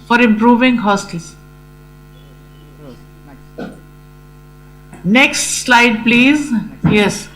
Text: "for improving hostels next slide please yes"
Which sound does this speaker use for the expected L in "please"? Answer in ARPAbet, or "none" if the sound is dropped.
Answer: L